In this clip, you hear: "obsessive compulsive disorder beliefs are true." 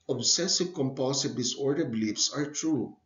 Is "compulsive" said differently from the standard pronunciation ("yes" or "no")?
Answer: yes